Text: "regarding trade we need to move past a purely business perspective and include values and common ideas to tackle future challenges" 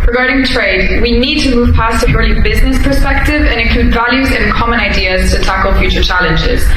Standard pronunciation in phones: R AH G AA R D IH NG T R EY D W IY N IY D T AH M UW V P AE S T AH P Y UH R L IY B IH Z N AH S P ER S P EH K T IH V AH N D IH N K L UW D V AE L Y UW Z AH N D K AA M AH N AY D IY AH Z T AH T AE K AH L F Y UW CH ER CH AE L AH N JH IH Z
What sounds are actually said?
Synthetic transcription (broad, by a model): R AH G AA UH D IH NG T R EY D W IY N IY D T AH M UW V P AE S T AH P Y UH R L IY B IH Z N AH S P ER S P EH K T IH V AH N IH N K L UW D V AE L Y UW Z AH N K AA M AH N AY D IY AH Z T AH T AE K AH L F Y UW CH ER CH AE L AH N JH IH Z